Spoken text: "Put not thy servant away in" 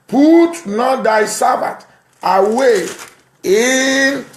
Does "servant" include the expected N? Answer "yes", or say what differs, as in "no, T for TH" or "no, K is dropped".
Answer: no, N is dropped